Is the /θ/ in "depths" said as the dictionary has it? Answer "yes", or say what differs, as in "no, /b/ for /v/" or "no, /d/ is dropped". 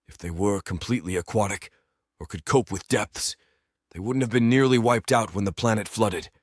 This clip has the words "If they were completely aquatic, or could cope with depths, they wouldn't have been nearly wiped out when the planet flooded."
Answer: yes